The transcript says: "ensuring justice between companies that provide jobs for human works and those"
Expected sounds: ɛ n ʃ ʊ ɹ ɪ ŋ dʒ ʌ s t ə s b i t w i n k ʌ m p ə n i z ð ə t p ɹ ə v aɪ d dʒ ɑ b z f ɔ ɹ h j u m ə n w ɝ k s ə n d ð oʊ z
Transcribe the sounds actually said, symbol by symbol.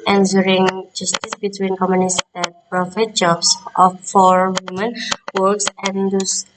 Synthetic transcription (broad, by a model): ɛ n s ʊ ɹ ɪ ŋ dʒ ʌ s t ə s b i t w i n k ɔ m ə n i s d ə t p ɹ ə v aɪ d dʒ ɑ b s f ɔ ɹ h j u m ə n w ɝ k s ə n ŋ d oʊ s